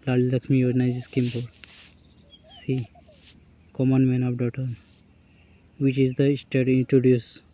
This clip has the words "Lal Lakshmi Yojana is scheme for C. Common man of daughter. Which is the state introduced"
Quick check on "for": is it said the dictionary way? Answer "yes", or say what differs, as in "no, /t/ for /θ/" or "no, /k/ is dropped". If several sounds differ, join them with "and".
no, /p/ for /f/